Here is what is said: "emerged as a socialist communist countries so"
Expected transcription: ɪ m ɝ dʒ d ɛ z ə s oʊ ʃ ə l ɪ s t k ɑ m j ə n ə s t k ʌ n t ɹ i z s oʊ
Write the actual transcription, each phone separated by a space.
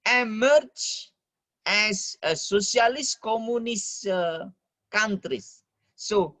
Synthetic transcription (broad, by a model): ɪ m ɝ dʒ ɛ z ə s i ə l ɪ s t k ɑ m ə n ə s k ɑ n t ɹ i s oʊ